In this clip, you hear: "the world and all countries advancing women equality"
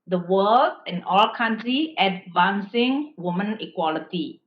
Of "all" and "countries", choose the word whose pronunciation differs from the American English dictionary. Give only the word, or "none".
countries